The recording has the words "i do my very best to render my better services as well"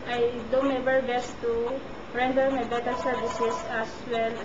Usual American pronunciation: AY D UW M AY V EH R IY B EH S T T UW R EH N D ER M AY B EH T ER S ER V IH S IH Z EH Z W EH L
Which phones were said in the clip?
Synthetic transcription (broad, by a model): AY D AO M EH B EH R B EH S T T UW R EH N D ER M AY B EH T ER S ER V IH S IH S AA S W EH L